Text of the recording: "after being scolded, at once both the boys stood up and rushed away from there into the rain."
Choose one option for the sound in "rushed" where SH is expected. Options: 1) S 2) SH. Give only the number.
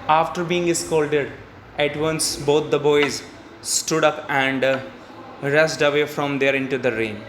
1